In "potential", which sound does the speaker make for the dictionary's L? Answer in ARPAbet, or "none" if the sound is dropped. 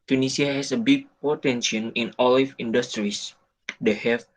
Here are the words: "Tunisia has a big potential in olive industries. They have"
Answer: N